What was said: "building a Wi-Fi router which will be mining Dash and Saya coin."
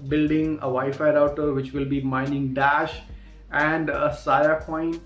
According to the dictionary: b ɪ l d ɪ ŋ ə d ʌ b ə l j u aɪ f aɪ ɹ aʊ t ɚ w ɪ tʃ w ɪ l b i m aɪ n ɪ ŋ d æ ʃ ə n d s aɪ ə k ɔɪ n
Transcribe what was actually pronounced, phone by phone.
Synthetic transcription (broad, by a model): b ɪ l d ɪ ŋ ə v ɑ ə f aɪ ɹ aʊ t ɚ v ɪ tʃ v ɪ l b i m aɪ n ɪ ŋ d æ ʃ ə n d s aɪ ə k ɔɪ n